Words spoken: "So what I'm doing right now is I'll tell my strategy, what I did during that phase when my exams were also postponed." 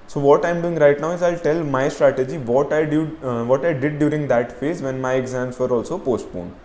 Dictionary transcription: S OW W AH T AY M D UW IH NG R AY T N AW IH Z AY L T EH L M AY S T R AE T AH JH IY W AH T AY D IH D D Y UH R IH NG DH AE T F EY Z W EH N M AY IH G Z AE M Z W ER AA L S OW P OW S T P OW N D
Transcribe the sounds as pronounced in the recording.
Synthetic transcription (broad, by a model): S OW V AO T AY M D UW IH NG R AY T N AW IH Z AY L T EH L M AY S T R AE T AH JH IY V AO T AY D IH D D Y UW R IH NG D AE T F EY Z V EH N M AY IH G Z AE M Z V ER AA L S OW P OW S T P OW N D